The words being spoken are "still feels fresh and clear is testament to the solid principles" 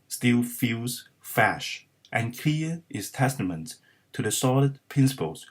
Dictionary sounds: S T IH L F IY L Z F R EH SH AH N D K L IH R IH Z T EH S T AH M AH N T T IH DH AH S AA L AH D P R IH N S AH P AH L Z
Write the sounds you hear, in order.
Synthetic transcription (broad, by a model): S T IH L F IY L Z F AE SH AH N K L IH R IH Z T EH S T AH M AH N T T IH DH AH S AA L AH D P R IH N S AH P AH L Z